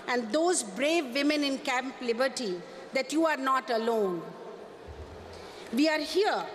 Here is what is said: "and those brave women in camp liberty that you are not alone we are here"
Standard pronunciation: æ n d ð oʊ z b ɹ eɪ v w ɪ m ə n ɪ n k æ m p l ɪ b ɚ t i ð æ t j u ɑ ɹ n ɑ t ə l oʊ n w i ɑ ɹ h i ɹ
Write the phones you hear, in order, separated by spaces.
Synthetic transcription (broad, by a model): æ n d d oʊ z b ɹ eɪ v ɪ m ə n ɪ n k æ m p l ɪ b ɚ t i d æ t j u ɑ ɹ n ɑ t ə l oʊ n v i ɑ ɹ h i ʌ